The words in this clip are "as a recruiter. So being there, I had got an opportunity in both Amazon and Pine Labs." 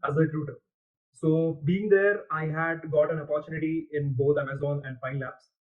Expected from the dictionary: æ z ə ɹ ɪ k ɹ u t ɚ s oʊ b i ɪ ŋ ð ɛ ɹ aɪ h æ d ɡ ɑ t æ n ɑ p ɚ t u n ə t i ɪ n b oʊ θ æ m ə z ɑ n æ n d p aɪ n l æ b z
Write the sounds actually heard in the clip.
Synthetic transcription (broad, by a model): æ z ə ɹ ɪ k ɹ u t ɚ s oʊ b i ɪ ŋ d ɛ ɹ aɪ h æ d ɡ ɑ t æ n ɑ p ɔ t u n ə t i ɪ n b oʊ t æ m ə z ɑ n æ n d f aɪ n l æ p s